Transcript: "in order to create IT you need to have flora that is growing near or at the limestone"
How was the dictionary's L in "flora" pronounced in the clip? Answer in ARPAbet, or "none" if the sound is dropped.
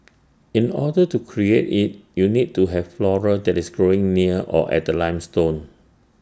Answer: L